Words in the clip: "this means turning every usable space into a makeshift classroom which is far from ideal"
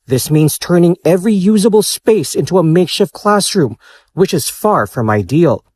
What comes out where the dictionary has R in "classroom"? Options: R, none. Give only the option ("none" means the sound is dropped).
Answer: R